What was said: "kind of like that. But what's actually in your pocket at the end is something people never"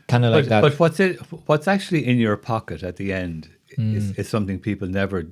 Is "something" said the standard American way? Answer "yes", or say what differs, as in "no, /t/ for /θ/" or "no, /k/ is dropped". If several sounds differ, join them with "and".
yes